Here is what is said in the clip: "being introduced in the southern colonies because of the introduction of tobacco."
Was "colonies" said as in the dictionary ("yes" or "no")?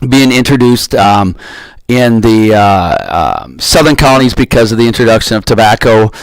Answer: yes